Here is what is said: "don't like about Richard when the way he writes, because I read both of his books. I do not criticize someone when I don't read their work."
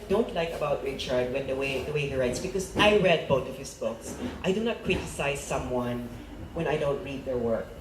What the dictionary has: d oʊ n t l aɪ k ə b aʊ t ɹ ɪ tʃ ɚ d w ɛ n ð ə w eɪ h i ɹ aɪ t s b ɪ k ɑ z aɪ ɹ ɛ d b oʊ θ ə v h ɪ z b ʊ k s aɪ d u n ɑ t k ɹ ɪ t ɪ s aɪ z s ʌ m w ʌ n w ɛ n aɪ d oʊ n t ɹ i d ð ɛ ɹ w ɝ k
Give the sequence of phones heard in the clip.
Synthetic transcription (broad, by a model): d oʊ n t l aɪ k ə b aʊ t ɹ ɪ tʃ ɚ d w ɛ n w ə w eɪ h i ɹ aɪ t s b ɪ k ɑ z aɪ ɹ ɛ d b oʊ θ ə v h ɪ s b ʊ k s aɪ d u n ɑ t k ɹ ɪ t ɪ s aɪ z s ʌ m w ʌ n w ɛ n aɪ d oʊ n t ɹ i d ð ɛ ɹ w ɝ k